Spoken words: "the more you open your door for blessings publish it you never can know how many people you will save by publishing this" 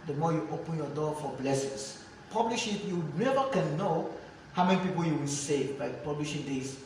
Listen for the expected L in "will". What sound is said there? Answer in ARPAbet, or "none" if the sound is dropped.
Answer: N